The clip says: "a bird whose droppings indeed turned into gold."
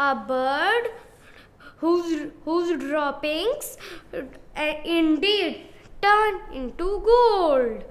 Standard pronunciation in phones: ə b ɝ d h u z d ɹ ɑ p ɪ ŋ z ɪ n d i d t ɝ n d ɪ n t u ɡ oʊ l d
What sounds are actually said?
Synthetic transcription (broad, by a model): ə b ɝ d h u z d ɹ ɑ p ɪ ŋ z ɪ n d i d t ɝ n ɪ n t u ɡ oʊ l d